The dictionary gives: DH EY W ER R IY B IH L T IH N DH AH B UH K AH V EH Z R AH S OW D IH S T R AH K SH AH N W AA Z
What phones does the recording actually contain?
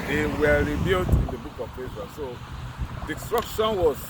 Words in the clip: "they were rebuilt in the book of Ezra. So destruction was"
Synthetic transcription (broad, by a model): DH EY W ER R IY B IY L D IH N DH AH B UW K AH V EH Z AH S OW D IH S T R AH K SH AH N W AA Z